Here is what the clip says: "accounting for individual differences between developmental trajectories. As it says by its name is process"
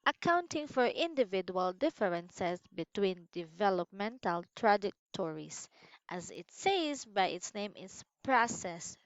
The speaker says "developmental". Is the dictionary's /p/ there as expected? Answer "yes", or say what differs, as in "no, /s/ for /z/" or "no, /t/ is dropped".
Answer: yes